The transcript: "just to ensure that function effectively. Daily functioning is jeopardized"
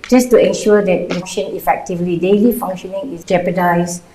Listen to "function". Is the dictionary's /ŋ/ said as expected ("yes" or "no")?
no